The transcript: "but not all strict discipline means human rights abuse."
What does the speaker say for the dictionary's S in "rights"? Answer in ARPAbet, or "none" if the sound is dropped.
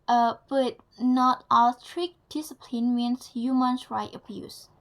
none